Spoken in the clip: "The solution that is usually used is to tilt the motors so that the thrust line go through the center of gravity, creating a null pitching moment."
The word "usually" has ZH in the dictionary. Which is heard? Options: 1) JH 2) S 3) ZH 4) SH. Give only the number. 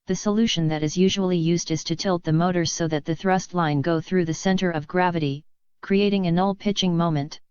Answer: 3